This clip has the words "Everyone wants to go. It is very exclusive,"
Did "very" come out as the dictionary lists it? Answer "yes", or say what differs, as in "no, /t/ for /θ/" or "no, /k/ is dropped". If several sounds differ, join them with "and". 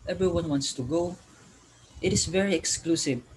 yes